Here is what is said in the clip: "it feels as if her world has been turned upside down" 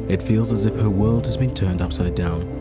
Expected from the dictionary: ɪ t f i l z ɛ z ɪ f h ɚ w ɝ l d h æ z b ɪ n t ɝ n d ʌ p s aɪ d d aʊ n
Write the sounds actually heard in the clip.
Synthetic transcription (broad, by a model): ɪ t f i l z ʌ z ɪ f h ɚ w ɝ l d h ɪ z b ɪ n t ɝ n d ʌ p s aɪ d d aʊ n